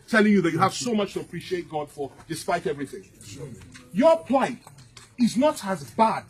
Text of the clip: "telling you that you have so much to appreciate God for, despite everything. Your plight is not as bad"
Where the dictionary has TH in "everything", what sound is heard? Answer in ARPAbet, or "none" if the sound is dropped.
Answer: TH